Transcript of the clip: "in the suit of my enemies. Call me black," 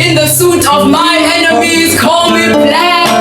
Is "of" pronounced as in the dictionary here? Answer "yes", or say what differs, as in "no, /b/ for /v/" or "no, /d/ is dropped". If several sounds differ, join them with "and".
yes